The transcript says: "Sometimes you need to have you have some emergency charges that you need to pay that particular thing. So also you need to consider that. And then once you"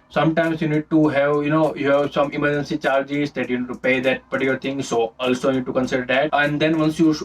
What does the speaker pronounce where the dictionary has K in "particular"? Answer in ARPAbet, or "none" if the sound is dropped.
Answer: none